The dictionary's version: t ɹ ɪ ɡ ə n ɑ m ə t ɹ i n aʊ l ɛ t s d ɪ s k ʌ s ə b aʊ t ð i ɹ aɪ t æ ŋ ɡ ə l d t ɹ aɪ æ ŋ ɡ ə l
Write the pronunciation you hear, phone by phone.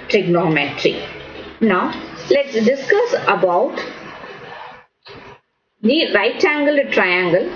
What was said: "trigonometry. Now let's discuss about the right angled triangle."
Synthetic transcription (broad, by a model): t ɹ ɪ ɡ n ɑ m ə t ɹ i n aʊ l ɛ t s d ɪ s k ʌ s ə b aʊ t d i ɹ aɪ t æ ŋ ɡ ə l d t ɹ aɪ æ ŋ ɡ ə l